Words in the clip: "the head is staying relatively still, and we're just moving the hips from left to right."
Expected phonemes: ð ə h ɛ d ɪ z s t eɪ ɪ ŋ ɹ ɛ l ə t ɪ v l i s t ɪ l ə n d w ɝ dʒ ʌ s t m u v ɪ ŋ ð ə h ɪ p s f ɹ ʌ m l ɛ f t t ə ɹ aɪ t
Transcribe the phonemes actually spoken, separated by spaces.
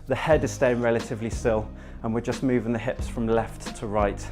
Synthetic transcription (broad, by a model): ð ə h ɛ d ɪ z s t eɪ ɪ ŋ ɹ ɛ l ə t ɪ v l i s t ɪ l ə n w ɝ dʒ ʌ s m u v ɪ ŋ ð ə h ɪ p s f ɹ ʌ m l ɛ f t t ə ɹ aɪ t